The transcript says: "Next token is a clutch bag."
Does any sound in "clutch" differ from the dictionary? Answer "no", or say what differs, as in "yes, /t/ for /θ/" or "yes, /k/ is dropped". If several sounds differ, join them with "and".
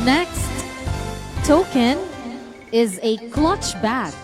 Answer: no